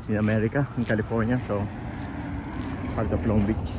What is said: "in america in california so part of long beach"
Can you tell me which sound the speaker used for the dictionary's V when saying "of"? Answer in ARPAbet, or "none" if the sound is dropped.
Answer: P